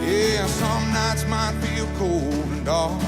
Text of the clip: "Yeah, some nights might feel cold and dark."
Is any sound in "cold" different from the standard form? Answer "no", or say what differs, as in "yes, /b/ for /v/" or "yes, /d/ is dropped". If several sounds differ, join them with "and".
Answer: yes, /d/ is dropped